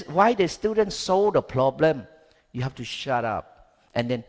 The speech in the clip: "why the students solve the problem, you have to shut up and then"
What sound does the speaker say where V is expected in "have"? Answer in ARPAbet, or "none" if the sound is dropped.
F